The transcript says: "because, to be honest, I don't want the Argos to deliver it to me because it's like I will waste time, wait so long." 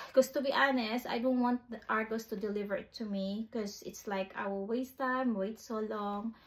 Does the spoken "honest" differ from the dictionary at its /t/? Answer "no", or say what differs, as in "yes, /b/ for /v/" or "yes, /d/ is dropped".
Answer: no